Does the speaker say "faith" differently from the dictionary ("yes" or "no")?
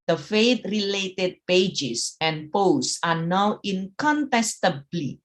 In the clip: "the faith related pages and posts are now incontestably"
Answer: yes